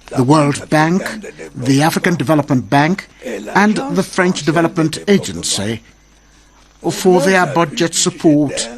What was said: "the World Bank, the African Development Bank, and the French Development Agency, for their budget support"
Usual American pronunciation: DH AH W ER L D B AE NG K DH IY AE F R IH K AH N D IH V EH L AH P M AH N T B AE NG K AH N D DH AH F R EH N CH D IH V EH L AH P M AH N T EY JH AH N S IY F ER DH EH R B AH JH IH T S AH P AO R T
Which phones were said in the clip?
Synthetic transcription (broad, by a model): DH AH W ER L D B AE NG K DH IY AE F R IH K AH N D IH V EH L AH P M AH N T B AE NG K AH N DH AH F R EH N CH D IH V EH L AH P M AH N T EY JH AH N S IY F ER DH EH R B AH JH IH T S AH P AO R T